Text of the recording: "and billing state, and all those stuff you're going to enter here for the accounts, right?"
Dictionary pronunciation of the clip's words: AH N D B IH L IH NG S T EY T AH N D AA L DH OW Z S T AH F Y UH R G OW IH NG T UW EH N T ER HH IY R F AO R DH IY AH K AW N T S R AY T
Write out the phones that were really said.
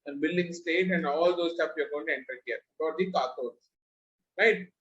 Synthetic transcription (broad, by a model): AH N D B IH L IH NG S T EY T AH N D AA L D OW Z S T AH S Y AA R G OW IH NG T UW EH N T ER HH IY R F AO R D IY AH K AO T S R AY T